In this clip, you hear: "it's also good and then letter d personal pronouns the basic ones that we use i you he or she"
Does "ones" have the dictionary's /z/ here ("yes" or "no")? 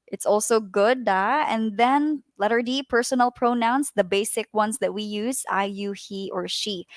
no